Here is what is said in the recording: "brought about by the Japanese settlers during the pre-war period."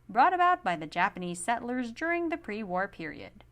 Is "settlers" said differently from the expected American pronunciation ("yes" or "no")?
no